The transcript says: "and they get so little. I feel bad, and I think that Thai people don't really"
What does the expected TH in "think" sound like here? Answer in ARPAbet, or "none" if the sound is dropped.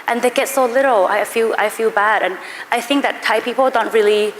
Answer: TH